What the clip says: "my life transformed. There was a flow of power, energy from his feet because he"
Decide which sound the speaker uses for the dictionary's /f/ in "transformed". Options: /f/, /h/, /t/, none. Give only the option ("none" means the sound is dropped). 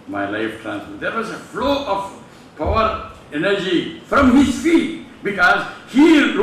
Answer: none